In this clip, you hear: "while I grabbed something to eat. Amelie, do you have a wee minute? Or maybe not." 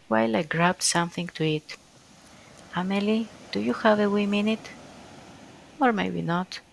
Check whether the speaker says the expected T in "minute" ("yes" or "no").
yes